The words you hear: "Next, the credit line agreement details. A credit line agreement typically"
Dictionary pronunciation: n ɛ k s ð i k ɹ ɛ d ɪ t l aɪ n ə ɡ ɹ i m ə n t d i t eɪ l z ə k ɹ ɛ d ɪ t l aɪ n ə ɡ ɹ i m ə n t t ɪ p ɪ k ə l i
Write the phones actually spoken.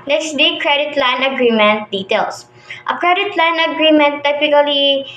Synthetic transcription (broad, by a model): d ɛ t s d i k ɹ ɛ d ɪ t l aɪ n ə ɡ ɹ i m ə n t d i t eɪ l s ə k ɹ ɛ d ɪ t l aɪ n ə ɡ ɹ i m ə n t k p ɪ k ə l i